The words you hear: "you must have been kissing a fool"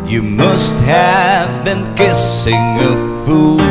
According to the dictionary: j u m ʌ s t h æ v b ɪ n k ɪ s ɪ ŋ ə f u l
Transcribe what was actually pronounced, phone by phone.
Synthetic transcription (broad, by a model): j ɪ m ʌ s t h æ v b ɪ n k ɪ s ɪ ŋ ə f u